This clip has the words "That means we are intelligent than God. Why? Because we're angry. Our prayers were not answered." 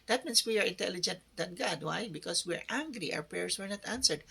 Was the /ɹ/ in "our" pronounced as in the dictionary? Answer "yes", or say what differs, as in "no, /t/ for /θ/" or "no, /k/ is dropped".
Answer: no, /w/ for /ɹ/